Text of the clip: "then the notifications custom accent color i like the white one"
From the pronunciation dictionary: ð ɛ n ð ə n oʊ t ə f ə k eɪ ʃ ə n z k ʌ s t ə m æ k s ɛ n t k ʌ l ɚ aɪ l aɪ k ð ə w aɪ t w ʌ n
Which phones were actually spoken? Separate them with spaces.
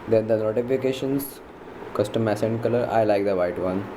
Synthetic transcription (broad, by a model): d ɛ n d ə n oʊ t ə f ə k eɪ ʃ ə n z k ʌ s t ə m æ s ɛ n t k ʌ l ɚ aɪ l aɪ k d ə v aɪ t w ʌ n